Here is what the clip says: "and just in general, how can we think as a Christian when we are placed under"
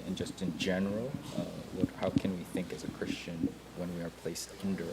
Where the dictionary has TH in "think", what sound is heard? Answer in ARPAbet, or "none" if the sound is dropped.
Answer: TH